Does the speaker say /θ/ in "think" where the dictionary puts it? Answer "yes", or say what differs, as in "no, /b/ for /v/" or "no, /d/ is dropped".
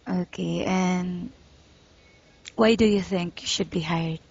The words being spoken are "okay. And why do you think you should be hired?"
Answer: yes